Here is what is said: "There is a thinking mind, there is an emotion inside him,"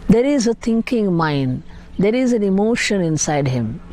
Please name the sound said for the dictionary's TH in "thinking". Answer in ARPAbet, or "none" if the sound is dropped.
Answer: T